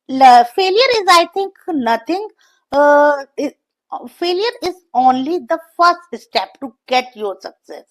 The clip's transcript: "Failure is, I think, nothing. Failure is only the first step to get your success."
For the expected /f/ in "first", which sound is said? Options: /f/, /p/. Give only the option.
/f/